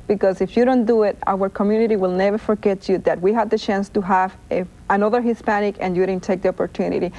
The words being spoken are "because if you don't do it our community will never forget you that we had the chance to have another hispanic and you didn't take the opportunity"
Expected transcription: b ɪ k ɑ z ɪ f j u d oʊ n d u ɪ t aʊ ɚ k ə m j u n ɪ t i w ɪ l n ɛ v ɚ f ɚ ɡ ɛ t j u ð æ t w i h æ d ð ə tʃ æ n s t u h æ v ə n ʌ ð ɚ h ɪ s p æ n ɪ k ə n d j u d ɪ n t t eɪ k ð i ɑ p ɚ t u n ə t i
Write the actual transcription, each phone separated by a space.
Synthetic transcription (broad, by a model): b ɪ k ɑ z ɪ f j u d oʊ n d u ɪ t aʊ ɚ k ə m j u n ɪ t i w ɪ l n ɛ v ɚ f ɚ ɡ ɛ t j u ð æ t w i h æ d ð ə tʃ æ n s t u h æ v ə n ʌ ð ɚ h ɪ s p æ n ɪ k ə n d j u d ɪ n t t eɪ k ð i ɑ p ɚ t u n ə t i